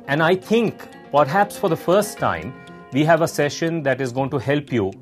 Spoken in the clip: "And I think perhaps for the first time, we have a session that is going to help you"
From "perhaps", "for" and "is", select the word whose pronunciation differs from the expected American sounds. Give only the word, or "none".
none